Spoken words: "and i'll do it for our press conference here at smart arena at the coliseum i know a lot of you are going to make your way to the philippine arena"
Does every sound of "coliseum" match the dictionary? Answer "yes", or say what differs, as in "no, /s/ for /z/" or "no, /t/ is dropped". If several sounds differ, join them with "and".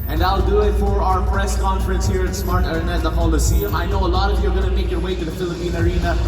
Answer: no, /m/ is dropped